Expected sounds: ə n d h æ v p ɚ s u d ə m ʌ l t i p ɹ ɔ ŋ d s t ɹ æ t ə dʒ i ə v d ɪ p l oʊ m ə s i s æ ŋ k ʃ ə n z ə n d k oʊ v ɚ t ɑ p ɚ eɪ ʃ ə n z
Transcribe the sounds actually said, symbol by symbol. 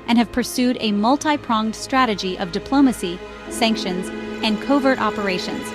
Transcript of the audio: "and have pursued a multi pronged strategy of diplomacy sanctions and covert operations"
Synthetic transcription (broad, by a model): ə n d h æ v p ɚ s u d ə m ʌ l t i p ɹ ɔ ŋ d s t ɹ æ t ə dʒ i ə v d ɪ p l oʊ m ə s i s æ ŋ k ʃ ə n z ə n k oʊ v ɚ t ɑ p ɚ eɪ ʃ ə n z